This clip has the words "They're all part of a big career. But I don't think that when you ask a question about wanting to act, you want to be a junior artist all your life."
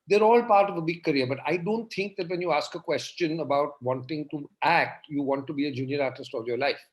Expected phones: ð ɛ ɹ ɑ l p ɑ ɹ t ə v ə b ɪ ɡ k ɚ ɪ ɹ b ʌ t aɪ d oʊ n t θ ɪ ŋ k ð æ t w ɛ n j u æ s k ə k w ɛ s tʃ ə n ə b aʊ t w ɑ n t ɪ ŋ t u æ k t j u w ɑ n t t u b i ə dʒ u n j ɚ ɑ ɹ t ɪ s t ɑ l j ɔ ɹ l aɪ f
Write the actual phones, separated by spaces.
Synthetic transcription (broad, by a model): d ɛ ɹ ɑ l p ɑ ɹ t ə v ə b ɪ ɡ k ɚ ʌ ɹ b ʌ t aɪ d oʊ n t t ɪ ŋ k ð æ t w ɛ n j u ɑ s k ə k w ɛ s tʃ ə n ə b aʊ t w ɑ n t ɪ ŋ t u æ k t j u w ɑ n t t u b i ə dʒ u n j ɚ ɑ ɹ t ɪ s t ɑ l j ɔ ɹ l aɪ f